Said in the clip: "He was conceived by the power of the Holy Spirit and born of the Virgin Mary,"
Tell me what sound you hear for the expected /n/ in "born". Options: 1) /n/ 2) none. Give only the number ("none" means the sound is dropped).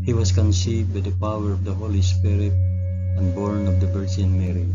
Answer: 1